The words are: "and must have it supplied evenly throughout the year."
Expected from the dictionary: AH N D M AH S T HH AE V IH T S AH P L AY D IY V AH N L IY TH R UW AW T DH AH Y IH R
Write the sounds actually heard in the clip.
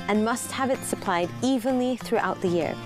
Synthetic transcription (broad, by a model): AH N M AH S T HH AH V IH T S AH P L AY D IY V AH N L IY TH R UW AW T DH AH Y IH R